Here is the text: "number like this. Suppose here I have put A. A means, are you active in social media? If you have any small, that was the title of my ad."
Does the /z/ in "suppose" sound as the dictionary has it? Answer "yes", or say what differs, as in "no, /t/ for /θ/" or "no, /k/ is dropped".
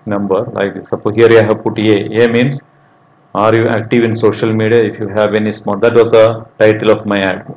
no, /z/ is dropped